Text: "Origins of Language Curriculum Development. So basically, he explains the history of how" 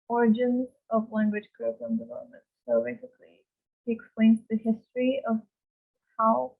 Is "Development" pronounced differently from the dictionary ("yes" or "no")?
yes